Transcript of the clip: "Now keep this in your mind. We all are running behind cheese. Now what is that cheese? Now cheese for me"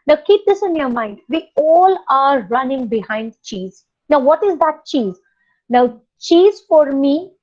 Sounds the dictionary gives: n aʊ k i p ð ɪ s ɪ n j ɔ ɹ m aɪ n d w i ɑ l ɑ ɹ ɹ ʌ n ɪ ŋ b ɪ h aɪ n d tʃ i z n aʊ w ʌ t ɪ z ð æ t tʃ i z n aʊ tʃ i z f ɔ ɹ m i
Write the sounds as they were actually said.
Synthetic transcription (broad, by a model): n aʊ k i p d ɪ s ɪ n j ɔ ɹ m aɪ n d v i ɑ l ɑ ɹ ɹ ʌ n ɪ ŋ b ɪ h aɪ n d tʃ i z n aʊ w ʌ t ɪ z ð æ t tʃ i z n aʊ tʃ i z f ɔ ɹ m i